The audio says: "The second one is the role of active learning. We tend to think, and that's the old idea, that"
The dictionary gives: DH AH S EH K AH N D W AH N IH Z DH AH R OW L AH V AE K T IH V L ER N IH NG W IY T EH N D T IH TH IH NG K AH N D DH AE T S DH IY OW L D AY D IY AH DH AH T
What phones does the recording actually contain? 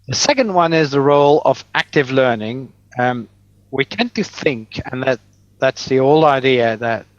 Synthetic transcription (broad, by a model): DH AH S EH K AH N D W AH N IH Z DH AH R OW L AH V AE K T IH V L ER N IH NG W IY T EH N T IH TH IH NG K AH N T DH AE T S DH IY OW L AY D IY AH DH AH T